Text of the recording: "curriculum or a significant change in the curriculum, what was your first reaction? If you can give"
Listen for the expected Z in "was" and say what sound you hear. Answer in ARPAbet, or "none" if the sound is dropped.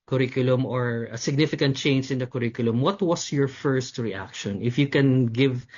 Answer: S